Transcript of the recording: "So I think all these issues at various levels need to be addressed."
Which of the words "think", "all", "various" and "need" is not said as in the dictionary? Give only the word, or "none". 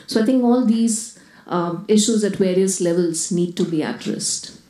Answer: think